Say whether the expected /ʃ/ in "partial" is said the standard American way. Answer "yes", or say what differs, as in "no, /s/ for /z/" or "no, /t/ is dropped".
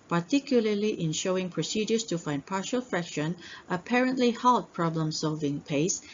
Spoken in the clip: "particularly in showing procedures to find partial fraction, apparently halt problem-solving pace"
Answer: yes